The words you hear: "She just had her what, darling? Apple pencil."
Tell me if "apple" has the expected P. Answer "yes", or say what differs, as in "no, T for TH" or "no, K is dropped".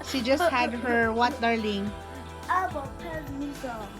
no, B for P